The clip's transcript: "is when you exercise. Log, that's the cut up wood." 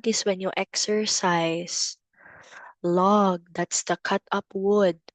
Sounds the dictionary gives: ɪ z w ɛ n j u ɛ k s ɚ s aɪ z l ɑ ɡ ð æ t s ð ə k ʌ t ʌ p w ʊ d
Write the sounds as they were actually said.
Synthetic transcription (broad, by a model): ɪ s w ɛ n j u ɛ k s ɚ s aɪ s l ɑ ɡ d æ t s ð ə k ʌ t ʌ p w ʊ d